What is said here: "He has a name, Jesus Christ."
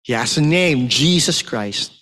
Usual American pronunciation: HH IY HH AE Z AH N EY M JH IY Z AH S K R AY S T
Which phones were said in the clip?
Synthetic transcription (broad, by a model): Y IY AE S AH N EY M JH IY Z AH S K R AY S T